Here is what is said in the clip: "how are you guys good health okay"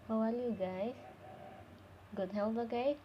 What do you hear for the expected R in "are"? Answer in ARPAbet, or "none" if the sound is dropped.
L